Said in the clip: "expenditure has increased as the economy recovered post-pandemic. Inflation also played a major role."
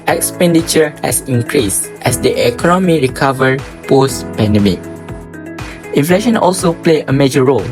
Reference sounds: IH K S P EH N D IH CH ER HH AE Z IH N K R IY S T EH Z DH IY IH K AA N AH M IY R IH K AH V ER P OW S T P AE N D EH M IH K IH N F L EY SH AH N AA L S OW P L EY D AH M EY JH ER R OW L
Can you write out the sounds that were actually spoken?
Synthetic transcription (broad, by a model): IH K S P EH N D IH CH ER HH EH S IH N K R IY S T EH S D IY IH K AA N AH M IY R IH K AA V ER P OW S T P AE N D EH M IH K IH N F L EY SH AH N AA L S OW P L EY AH M EY JH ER R OW L